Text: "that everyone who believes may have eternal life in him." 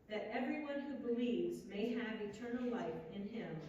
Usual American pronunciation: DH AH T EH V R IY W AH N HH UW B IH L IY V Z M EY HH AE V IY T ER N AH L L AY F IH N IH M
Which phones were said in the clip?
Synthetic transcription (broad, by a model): DH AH T EH V R IY W AH N HH UW B IH L IY V Z M EY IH V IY T ER N L L AY F IH N IH M